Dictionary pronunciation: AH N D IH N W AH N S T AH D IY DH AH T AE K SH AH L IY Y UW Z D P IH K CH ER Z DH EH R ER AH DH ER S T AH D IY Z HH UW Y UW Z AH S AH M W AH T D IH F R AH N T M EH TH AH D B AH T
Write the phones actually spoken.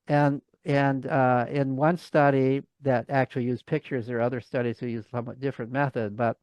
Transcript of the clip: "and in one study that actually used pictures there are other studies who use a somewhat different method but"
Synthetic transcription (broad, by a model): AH N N IH N W AH N S T AH D IY DH AH T AE K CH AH L IY Y UW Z P IH K CH ER Z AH R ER AH DH ER S T AH D IY Z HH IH Y UW Z S AH M W AH T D IH F R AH N M EH TH AH D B AH T